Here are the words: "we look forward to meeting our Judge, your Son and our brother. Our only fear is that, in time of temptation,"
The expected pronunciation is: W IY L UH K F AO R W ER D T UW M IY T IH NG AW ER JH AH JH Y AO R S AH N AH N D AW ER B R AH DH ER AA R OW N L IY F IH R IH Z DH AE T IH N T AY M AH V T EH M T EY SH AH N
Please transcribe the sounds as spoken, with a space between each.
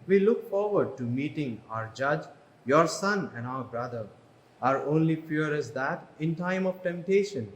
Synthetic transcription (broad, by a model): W IY L UH K F AO R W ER D T UW M IY T IH NG AW ER JH AH JH Y AO R S AH N AH N D AW ER B R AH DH ER AA R OW N L IY P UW R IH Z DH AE T IH N T AY M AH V T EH M T EY SH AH N